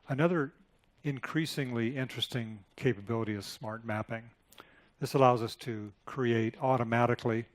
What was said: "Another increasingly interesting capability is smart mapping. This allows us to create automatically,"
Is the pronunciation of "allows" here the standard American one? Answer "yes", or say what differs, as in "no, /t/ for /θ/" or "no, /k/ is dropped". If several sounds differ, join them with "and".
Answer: yes